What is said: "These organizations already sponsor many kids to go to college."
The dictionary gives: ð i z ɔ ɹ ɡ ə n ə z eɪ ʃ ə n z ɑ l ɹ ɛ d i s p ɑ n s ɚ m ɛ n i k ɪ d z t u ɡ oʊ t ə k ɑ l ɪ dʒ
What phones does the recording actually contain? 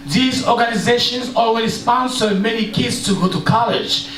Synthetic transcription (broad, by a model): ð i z ɔ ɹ ɡ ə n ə z eɪ ʃ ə n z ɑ l w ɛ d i s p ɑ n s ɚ m ɛ n i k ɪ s t u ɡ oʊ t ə k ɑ l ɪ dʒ